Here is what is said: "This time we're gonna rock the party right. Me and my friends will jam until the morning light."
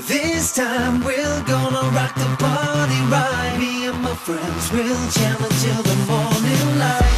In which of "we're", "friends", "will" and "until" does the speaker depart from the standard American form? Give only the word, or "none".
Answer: we're